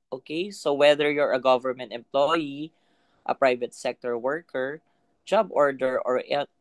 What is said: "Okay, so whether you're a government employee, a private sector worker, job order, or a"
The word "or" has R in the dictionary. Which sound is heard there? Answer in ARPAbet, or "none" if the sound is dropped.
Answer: R